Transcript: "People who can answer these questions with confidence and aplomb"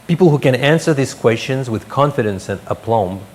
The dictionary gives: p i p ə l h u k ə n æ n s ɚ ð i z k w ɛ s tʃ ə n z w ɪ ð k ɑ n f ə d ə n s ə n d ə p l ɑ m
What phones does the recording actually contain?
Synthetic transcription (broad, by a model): p i p l h u k ə n æ n s ɚ ð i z k w ɛ s tʃ ə n z w ɪ ð k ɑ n f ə d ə n s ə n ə p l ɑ m